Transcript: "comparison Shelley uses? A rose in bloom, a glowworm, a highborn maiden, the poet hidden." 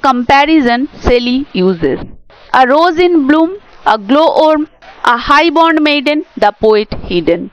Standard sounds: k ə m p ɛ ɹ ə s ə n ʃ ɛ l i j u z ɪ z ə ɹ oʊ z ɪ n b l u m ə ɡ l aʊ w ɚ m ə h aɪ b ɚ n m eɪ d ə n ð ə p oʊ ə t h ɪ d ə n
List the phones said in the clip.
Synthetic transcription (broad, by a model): k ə m p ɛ ɹ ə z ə n s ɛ l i j u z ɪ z ə ɹ oʊ z ɪ n b l u m ə ɡ l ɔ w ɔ m ə h aɪ b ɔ n m eɪ d ə n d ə p oʊ ə t h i d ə n